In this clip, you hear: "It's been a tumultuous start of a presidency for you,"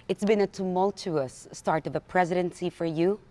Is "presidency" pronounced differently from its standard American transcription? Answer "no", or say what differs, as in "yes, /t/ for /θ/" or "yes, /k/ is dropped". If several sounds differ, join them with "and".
no